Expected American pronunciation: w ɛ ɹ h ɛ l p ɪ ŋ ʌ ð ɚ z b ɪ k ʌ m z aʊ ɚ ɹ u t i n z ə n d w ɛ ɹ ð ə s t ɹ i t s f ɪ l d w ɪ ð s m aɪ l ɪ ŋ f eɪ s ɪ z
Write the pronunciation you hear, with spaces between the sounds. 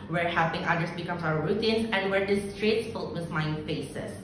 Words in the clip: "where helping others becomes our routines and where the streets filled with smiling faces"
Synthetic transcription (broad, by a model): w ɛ ɹ h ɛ p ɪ ŋ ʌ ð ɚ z b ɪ k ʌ m s aʊ ɚ ɹ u t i n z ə n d w ɛ ɹ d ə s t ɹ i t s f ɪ l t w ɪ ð m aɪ ɪ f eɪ s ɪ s